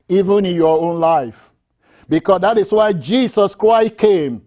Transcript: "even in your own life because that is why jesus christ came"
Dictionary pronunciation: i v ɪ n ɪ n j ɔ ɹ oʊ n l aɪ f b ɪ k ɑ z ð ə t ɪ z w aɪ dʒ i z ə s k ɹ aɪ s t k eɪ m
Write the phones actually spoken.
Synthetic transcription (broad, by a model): i v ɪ n ɪ n j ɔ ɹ oʊ n l aɪ f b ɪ k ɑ s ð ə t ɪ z w aɪ dʒ i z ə s k ɹ aɪ s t k eɪ m